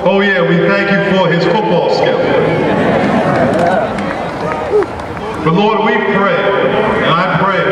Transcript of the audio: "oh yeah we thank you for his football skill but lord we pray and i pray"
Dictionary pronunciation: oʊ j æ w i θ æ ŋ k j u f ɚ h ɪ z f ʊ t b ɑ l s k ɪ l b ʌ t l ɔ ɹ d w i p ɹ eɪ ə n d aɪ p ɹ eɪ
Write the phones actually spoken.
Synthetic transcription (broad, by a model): oʊ j æ w i θ æ ŋ k j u f ɚ ɪ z f ʊ t b ɑ l s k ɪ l b ʌ t l ɔ ɹ d w i p ɹ eɪ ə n aɪ p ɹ eɪ